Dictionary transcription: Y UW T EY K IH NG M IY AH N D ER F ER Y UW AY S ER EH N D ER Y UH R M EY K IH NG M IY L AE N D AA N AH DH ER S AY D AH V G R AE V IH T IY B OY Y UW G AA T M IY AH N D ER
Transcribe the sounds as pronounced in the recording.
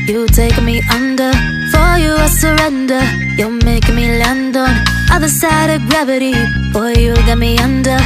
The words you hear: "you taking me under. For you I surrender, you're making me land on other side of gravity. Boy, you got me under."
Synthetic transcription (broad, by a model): Y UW T EY IH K M IY AH N D ER F ER Y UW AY S ER EH N D ER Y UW L M EY IH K M IY L AE N D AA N AH DH ER S AY D AH V G R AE V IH T IY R Y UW G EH T M IY AH N D ER